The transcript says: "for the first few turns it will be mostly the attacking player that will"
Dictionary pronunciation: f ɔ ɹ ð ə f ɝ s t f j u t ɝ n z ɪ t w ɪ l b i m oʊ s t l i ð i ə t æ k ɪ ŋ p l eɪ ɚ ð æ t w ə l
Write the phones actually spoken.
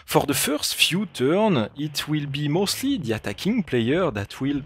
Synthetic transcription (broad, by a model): f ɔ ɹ ð ə f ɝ s t f j u t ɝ n ɪ t w ɪ l b i m oʊ s t l i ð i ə t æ k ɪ ŋ p l eɪ ɚ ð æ t w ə l